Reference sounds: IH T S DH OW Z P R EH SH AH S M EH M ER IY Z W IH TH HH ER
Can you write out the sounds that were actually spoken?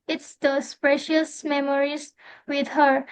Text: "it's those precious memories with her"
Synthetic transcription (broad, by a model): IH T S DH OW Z P R EH SH AH S M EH M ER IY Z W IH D HH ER